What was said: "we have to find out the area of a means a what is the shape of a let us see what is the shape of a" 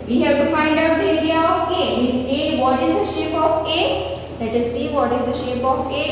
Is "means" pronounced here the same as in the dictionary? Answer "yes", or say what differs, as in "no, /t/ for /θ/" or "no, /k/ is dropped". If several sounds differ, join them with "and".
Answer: no, /n/ is dropped